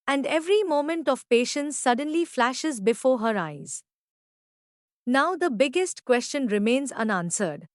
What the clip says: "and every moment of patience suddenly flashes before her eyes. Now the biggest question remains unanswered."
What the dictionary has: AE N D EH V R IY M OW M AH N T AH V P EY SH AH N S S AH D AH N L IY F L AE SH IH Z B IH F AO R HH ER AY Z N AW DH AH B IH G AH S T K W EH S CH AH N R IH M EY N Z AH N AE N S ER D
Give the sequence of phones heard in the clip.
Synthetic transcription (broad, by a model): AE N D EH V R IY M OW M AH N T AH V P EY SH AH N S S AH D AH N L IY F L AE SH IH Z B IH F AO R HH ER AY Z N AW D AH B IH G AH S T K W EH S CH AH N R IH M EY N Z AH N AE N S ER D